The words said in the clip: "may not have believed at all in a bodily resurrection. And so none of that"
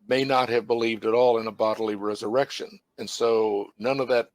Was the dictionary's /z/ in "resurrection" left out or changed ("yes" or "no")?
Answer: no